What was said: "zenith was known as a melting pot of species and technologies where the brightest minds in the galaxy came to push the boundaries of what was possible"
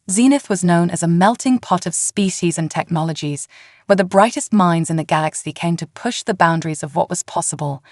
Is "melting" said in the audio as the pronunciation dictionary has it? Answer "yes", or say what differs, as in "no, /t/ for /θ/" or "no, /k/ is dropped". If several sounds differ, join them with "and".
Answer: yes